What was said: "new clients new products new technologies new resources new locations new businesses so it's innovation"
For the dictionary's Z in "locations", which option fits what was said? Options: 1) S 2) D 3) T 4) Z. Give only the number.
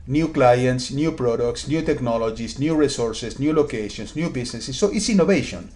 1